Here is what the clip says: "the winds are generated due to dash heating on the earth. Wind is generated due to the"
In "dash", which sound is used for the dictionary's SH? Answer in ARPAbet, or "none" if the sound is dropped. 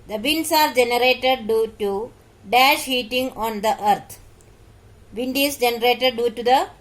SH